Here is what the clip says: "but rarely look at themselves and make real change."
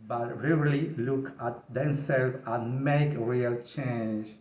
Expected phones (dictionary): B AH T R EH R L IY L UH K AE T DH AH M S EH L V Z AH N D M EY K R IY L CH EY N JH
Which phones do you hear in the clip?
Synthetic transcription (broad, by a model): B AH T R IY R L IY L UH K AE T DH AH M S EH L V AH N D M EY K R IY L CH EY N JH